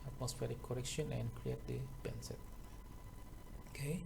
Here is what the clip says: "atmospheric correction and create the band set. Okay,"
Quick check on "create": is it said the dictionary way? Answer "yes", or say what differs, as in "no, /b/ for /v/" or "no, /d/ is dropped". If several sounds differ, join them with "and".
yes